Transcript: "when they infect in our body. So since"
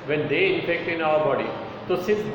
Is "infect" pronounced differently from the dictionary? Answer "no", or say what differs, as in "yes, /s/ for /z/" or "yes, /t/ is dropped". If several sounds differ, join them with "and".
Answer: yes, /n/ is dropped